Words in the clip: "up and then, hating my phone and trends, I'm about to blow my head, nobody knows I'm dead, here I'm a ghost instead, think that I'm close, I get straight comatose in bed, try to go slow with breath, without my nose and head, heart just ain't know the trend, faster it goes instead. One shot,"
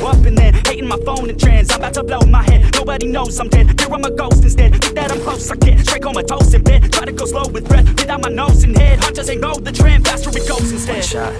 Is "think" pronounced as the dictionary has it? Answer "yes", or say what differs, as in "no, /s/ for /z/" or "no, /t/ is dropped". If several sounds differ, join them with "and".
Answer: no, /ŋ/ is dropped